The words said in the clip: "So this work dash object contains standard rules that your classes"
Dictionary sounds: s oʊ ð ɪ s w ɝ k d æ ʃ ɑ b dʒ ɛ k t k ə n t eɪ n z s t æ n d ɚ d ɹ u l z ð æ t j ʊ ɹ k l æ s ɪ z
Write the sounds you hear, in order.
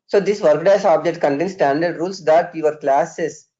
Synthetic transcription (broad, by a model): s oʊ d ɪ s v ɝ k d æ s ɑ b dʒ ɛ k t k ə n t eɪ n s t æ n d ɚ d ɹ u l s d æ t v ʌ ɹ k l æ s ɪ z